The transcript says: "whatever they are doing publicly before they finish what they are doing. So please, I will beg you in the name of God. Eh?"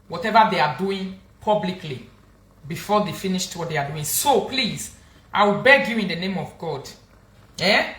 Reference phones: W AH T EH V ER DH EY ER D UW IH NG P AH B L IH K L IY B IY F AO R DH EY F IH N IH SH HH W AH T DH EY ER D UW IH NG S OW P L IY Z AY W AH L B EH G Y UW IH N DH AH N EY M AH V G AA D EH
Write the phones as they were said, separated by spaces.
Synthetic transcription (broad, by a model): W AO T EH V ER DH EY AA D UW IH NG P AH B L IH K L IY B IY F AO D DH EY F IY N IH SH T W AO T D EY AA D UW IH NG S OW P L IY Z AY W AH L B EH G Y UW IH N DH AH N EY M AH V G AA D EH